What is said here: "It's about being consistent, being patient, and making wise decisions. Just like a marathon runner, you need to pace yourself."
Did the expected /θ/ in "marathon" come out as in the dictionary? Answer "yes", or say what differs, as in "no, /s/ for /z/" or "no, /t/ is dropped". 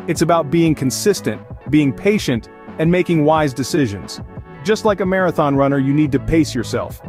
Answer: yes